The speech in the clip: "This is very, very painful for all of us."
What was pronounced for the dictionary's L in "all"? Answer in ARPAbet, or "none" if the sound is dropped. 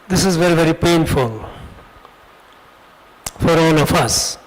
N